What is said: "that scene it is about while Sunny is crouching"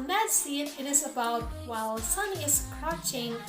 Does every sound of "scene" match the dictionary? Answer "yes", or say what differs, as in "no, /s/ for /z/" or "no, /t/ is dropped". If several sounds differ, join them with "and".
no, /n/ is dropped